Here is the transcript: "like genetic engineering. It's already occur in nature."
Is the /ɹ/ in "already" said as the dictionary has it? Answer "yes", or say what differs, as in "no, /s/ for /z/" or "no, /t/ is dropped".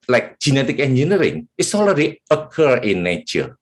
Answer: no, /l/ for /ɹ/